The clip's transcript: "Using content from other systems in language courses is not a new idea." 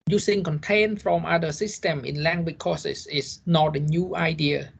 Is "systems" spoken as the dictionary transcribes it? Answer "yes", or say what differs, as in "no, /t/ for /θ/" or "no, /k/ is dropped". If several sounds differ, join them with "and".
no, /z/ is dropped